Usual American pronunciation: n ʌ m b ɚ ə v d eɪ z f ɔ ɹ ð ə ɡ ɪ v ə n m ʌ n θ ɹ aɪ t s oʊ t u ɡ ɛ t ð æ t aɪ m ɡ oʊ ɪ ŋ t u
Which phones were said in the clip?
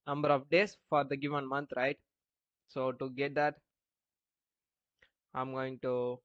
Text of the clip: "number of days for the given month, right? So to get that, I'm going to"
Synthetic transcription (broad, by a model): n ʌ m b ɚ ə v d eɪ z f ɔ ɹ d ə ɡ ɪ v ə n m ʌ n t ɹ aɪ t s oʊ t u ɡ ɛ t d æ t aɪ m ɡ oʊ ɪ ŋ t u